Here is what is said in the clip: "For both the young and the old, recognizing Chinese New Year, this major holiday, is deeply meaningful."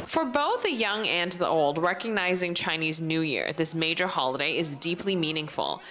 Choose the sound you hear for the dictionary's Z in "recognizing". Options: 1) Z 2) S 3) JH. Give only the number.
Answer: 1